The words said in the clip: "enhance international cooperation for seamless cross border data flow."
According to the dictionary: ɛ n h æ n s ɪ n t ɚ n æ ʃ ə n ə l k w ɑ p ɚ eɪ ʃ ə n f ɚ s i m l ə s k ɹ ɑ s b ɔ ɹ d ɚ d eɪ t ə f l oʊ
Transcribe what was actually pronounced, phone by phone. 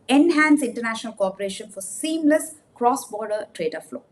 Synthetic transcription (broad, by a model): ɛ n h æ n s ɪ n t ɚ n æ ʃ ə n ə l k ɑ p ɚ eɪ ʃ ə n f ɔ s i m l ə s k ɹ ɑ s b ɔ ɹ d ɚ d eɪ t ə f l oʊ